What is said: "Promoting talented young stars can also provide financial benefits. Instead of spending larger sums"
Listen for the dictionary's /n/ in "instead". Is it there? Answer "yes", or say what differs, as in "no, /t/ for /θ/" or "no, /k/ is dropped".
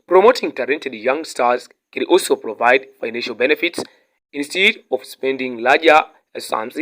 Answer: yes